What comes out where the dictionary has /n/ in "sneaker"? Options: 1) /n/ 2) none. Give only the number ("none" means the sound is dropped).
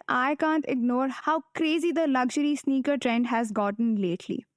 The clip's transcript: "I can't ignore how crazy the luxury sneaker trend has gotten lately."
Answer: 1